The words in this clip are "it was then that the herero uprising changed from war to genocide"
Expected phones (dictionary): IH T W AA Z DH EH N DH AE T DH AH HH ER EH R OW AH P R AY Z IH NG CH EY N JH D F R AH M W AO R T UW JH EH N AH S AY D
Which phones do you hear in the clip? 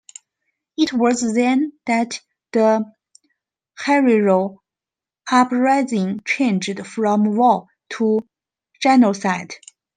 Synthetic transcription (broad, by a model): IH T W AA Z DH EH N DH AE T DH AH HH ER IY R OW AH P R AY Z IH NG CH EY N JH D F R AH M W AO L T UW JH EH N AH S AY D